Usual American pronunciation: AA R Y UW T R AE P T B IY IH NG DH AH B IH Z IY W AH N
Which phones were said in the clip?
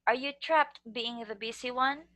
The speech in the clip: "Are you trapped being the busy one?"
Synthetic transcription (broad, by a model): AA R Y UW T R AE P T B IY IH NG DH AH B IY S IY W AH N